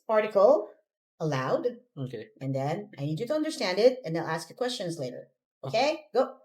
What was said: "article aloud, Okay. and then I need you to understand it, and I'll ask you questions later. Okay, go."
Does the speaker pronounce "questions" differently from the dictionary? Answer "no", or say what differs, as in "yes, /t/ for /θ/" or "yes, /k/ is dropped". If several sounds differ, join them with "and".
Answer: no